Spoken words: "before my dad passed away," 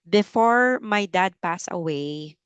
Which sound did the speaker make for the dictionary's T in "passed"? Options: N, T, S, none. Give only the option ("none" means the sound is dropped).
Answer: none